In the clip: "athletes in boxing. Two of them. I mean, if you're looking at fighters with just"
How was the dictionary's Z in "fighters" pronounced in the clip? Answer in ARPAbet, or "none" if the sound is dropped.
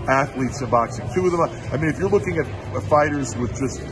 Z